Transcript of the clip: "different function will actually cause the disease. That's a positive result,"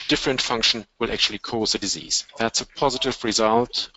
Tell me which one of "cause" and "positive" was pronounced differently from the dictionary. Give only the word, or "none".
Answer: none